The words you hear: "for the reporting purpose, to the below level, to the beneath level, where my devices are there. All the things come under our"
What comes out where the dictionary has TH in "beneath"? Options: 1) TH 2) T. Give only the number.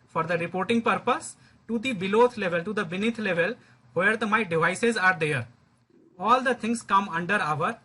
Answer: 2